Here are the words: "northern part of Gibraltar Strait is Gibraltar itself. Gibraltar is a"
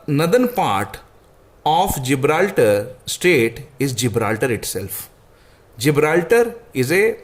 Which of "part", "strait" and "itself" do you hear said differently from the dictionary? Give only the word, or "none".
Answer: strait